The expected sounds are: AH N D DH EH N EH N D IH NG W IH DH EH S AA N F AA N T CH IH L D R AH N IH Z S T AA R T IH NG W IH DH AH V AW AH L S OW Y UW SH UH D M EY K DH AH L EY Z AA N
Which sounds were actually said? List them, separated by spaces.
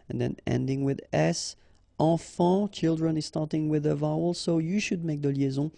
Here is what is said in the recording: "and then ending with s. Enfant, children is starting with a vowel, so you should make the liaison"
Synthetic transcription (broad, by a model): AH N DH EH N EH N D IH NG W IH DH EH S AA F AA CH IH L D R AH N IH Z S T AA R T IH NG W IH DH AH V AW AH L S OW Y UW SH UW D M EY K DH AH L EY Z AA